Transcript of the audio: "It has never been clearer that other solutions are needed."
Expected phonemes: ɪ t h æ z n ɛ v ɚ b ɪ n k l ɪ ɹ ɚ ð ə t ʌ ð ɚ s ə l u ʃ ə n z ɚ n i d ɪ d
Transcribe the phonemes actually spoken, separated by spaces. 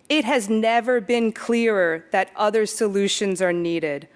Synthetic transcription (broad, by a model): ɪ t h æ z n ɛ v ɚ b ɪ n k l ɪ ɹ ɚ ð ə t ʌ ð ɚ s ə l u ʃ ə n z ɚ n i d ɪ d